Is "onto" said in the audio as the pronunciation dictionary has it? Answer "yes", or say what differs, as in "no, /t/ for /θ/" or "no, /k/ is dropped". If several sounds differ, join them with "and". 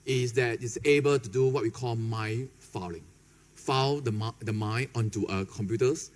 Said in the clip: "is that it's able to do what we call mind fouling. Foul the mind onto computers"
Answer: no, /n/ is dropped